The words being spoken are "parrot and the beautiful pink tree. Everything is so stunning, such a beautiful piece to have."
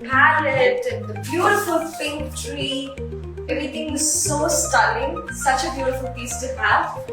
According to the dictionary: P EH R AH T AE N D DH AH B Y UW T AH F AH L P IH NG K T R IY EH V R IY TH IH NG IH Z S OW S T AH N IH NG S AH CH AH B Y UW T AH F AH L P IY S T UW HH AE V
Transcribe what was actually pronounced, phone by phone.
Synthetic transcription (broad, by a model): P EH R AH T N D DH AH B Y UW T AH F AH L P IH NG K T R IY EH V R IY T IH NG IH Z S OW S T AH L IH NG S AH CH AH B Y UW T AH F AH L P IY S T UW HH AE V